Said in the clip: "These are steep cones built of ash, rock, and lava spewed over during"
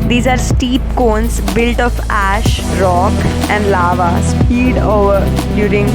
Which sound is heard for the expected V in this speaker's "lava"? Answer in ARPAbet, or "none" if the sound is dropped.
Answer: V